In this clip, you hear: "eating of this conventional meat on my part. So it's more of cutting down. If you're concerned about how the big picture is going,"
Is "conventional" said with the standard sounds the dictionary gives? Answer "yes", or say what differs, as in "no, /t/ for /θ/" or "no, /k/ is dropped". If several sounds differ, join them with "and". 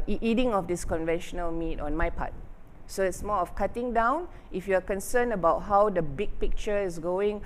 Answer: yes